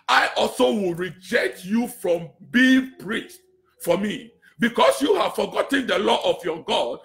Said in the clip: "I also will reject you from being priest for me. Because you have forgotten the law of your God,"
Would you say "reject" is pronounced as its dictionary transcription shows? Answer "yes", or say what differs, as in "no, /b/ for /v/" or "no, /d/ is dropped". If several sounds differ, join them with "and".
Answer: yes